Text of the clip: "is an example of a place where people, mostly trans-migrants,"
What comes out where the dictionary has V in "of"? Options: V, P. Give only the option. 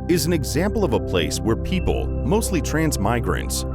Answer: V